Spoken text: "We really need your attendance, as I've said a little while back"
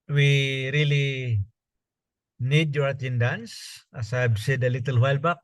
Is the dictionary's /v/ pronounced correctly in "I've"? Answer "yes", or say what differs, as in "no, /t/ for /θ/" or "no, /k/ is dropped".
no, /b/ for /v/